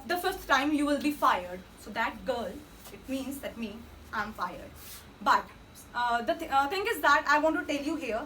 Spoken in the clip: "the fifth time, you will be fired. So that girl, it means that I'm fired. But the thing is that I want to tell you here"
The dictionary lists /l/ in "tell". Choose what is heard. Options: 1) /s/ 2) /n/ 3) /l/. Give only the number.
3